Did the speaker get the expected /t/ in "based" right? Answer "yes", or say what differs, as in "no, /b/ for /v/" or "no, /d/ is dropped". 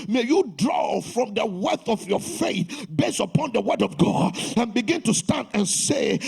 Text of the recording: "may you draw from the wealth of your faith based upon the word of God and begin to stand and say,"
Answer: no, /t/ is dropped